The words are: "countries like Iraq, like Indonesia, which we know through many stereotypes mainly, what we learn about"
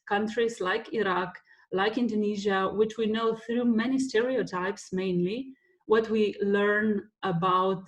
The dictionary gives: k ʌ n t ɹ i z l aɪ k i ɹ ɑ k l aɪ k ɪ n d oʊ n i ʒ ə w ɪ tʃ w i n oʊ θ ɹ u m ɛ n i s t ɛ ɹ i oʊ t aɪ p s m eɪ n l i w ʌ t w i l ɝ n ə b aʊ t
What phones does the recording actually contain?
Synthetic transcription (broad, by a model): k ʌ n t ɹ i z l aɪ k i ɹ ɑ k l aɪ k ɪ n d oʊ n i ʒ ə w ɪ tʃ w i n oʊ θ ɹ u m ɛ n i s t ɛ ɹ i oʊ t aɪ p s m eɪ n l i w ʌ t w i l ɝ n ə b aʊ t